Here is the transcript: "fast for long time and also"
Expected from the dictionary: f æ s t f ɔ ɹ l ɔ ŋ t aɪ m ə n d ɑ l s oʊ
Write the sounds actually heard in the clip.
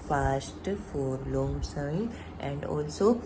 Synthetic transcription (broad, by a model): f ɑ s t f ɔ ɹ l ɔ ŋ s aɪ ə n d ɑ l s oʊ